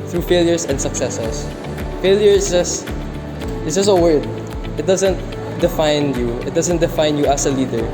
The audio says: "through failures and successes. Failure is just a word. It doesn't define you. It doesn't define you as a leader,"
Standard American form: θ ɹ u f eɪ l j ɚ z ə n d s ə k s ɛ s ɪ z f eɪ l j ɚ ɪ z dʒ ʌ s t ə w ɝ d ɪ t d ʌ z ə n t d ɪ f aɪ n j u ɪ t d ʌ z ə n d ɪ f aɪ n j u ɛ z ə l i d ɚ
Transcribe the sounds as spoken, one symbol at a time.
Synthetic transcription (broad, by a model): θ ɹ u f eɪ l j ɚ s ə n d s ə k s ɛ s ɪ s f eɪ l j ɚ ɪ s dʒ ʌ s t ə w ɝ d ɪ t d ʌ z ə n t d ɪ f aɪ n j u ɪ t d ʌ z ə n d ɪ f aɪ n j u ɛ s ə l i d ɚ